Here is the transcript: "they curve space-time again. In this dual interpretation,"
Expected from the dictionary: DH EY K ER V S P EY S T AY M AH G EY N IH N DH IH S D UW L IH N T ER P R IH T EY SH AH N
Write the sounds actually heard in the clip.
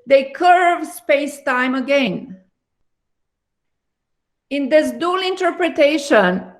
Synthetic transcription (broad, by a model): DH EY K ER V S P EY S T AY M AH G EY N IH N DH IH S D UW L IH N T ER P R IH T EY SH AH N